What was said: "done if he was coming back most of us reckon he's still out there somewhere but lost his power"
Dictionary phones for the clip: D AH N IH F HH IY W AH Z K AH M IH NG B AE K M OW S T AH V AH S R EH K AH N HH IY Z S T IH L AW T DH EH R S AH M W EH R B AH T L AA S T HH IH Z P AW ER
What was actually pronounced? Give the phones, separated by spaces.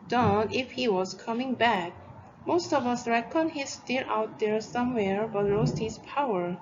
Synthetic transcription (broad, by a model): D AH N IH F HH IY W AH Z K AH M IH NG B AE K M OW S T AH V AH S R EH K AH N HH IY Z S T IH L AW T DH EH R S AH M W EH R B AH T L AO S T HH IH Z P AW ER